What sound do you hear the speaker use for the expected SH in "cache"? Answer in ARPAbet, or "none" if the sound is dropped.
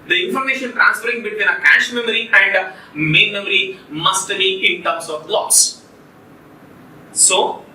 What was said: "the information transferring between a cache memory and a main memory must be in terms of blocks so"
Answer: SH